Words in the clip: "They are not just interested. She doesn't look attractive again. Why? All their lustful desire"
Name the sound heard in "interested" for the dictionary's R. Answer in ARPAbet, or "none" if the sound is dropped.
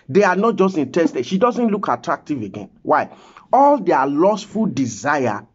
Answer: none